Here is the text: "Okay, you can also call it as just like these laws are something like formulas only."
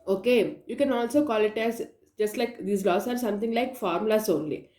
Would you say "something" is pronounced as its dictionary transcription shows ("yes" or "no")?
no